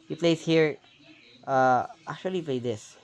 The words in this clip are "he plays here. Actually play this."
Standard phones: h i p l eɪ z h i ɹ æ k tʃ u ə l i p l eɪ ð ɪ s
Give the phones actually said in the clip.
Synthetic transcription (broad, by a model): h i p l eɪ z h i ɹ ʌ k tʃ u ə l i p l eɪ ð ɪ s